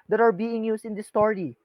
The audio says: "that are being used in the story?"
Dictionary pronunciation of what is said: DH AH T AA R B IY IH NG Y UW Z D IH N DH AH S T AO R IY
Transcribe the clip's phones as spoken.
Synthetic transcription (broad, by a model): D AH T AA R B IY IH NG Y UW S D IH N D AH S T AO R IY